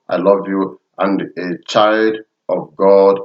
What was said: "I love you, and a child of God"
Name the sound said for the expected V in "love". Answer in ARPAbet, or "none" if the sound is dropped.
V